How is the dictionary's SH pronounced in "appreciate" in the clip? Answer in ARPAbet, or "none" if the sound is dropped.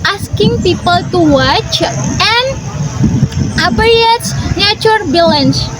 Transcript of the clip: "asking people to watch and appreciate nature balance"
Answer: none